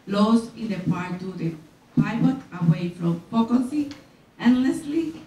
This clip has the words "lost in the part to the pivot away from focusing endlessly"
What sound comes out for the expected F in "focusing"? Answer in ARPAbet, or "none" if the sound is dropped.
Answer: P